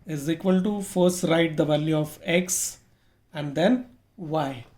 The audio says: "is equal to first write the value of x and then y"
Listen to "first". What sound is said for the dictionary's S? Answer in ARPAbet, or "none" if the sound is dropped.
S